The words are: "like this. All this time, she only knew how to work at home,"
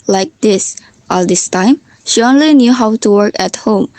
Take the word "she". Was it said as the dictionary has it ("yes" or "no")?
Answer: yes